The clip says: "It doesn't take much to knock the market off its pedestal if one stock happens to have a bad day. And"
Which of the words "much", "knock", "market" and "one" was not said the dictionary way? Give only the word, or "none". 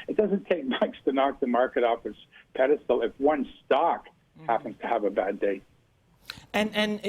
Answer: much